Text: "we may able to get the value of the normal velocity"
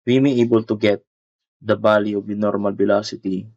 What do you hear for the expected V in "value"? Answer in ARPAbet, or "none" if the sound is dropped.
B